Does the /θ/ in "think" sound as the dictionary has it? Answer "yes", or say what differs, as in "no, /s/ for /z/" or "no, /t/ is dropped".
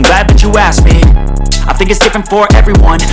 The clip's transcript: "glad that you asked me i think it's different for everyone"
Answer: yes